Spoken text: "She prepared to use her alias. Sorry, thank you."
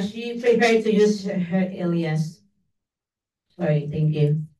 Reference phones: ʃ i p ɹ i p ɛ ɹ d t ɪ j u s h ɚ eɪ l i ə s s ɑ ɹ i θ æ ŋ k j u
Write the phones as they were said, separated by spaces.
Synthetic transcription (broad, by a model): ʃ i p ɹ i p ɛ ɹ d t ɪ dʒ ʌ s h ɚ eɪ l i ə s s ɑ ɹ i θ æ ŋ k j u